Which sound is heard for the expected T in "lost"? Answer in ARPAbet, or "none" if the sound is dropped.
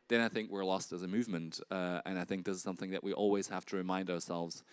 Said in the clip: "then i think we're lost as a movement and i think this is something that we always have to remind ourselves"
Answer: T